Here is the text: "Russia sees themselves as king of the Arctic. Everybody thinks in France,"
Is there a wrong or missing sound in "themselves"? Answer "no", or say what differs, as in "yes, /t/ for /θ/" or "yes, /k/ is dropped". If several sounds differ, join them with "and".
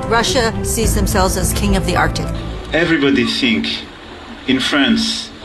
no